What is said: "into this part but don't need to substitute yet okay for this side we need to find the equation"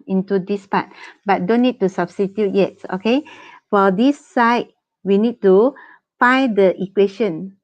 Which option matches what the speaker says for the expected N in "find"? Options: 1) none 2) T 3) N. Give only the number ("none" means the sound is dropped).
1